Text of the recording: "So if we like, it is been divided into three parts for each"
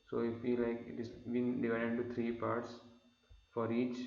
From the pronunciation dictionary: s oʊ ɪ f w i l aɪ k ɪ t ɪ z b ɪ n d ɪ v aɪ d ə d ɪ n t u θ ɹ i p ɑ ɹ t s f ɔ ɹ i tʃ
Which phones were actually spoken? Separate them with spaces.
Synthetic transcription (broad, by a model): s oʊ ɪ f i l aɪ k ɪ t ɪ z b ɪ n d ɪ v aɪ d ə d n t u t ɹ i p ɑ ɹ t s f ɔ ɹ i tʃ